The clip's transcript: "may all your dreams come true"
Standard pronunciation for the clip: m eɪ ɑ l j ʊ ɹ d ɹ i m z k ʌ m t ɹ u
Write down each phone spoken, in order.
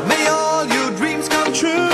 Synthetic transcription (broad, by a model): m eɪ ɑ l j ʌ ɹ d ɹ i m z k ʌ m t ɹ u